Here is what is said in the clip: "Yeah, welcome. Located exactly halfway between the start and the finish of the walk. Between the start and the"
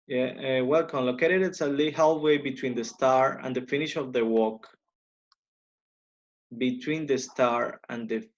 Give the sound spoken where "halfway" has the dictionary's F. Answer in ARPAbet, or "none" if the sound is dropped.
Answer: none